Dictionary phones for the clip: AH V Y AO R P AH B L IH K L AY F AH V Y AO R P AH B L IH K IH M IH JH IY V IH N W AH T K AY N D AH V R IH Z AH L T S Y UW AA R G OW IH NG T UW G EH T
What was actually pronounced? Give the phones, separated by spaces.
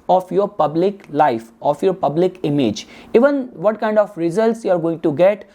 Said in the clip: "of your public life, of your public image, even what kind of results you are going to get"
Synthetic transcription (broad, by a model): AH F Y AO R P AH B L IH K L AY F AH F Y AO R P AH B L IH K IH M IH JH IY V IH N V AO T K AY N D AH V R IH Z AH L T S Y UW AA R G OW IH NG T UW G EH T